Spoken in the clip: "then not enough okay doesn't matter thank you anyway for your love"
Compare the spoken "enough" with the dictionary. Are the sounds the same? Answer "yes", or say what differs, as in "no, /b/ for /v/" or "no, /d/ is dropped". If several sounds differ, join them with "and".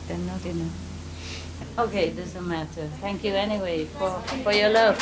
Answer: no, /f/ is dropped